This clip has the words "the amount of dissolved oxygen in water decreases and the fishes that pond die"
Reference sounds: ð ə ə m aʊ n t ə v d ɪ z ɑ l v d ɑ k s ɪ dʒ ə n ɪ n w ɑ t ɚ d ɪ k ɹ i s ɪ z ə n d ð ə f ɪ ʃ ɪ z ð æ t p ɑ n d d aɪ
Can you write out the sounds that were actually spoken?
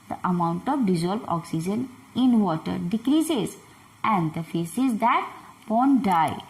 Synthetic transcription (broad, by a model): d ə ə m aʊ n t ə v d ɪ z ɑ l b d ɑ k s ɪ dʒ ə n ɪ n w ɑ t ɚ d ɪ k ɹ i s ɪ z ə n d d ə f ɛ s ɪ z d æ t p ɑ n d d aɪ